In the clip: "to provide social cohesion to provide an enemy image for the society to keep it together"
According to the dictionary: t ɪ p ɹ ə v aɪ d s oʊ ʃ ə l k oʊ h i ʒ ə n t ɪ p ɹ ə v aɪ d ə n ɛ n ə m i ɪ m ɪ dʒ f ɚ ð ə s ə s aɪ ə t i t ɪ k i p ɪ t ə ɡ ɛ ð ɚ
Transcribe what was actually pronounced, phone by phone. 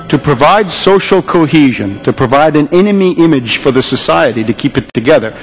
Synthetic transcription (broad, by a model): t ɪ p ɹ ə v aɪ d s oʊ ʃ l k oʊ h i ʒ ə n t ɪ p ɹ ə v aɪ d ə n ɛ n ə m i ɪ m ɪ dʒ f ɚ ð ə s ə s aɪ ə t i t ɪ k i p ɪ t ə ɡ ɛ ð ɚ